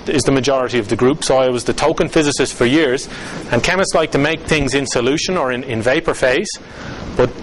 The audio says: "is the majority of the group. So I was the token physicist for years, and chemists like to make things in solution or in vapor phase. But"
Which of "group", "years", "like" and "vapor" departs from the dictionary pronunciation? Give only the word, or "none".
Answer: none